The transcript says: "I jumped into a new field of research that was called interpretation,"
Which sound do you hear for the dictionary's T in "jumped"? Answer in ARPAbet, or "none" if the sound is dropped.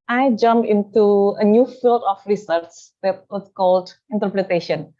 none